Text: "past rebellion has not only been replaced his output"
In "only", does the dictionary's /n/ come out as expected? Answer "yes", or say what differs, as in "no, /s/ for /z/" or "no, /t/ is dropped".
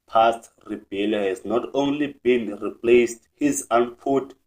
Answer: yes